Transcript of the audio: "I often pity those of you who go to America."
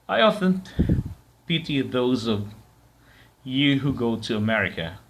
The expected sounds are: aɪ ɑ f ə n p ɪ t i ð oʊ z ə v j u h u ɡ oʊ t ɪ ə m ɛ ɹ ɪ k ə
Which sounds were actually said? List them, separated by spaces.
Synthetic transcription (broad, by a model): aɪ ɑ f ə n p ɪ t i ð oʊ z ə v j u h u ɡ oʊ t ɪ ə m ɛ ɹ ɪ k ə